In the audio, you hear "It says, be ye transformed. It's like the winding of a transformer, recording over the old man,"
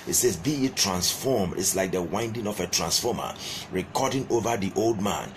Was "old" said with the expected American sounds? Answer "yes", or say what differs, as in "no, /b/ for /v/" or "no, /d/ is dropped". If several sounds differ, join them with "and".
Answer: yes